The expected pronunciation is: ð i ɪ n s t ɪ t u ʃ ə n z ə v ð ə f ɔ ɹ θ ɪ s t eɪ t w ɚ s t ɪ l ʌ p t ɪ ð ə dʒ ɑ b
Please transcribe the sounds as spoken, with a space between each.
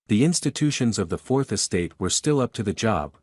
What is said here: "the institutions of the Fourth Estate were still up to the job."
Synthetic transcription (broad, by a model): ð i ɪ n s t ɪ t u ʃ ə n z ə v ð ə f ɔ ɹ θ ɪ s t eɪ t w ɚ s t ɪ l ʌ p t ɪ ð ə dʒ ɑ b